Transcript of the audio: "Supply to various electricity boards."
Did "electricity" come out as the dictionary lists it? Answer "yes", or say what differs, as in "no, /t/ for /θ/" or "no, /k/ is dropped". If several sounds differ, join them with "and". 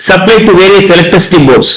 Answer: no, /ɹ/ is dropped